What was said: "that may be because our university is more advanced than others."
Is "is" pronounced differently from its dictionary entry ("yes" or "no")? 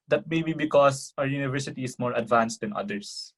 yes